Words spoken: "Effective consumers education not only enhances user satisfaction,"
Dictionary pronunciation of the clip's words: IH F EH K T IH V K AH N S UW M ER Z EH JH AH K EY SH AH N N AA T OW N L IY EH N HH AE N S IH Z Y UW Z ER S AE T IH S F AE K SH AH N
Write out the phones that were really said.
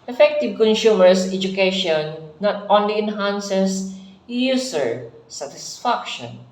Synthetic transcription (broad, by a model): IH F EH K T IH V K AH N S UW M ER S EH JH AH K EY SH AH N N AA T OW N L IY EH N HH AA N S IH S Y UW S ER S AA T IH S F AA K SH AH N